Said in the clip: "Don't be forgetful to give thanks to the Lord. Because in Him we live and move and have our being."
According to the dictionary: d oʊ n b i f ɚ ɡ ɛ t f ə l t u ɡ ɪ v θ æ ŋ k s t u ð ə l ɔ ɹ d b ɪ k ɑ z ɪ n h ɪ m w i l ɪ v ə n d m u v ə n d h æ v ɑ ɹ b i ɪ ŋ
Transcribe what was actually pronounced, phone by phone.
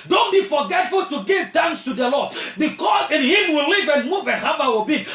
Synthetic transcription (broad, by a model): d oʊ n b i f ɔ ɡ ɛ t f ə l t u ɡ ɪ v t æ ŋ s t u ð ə l ɔ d b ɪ k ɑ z ɪ n h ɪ m w i l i v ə n m u v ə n h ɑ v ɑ w b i